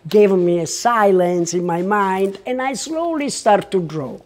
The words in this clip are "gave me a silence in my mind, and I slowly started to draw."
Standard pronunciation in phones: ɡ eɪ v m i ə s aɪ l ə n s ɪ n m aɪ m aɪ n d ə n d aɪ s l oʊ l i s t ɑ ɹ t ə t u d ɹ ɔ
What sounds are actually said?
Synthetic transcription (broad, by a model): ɡ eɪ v m i ə s aɪ l ə n s ɪ n m aɪ m aɪ n d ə n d aɪ s l oʊ l i s t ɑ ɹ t t u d ɹ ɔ